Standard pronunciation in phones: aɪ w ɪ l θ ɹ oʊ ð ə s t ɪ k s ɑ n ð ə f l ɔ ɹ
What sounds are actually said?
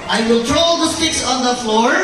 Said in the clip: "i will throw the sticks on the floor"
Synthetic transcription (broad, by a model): aɪ w ɪ l t ɹ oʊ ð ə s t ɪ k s ɑ n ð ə f l ɔ ɹ